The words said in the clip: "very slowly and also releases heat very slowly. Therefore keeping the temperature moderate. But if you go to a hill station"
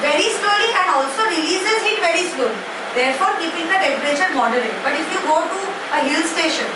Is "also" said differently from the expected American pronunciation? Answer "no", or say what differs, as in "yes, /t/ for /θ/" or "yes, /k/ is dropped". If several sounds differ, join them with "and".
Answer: no